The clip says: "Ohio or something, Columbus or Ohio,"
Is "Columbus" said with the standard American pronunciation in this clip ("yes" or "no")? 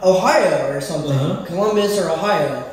no